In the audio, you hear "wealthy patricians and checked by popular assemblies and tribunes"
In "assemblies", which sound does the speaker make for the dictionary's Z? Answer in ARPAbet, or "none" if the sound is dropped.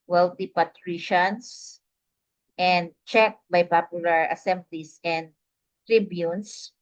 S